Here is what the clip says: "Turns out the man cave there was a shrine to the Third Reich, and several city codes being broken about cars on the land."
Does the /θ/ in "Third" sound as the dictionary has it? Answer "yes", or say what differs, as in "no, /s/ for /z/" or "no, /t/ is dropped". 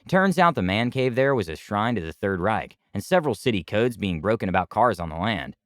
yes